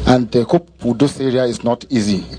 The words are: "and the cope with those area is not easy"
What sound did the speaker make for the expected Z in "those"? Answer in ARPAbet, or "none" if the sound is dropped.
S